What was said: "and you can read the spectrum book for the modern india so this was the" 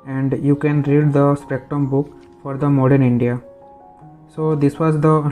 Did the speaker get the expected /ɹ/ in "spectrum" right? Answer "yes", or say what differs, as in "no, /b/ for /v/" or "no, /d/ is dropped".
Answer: no, /ɹ/ is dropped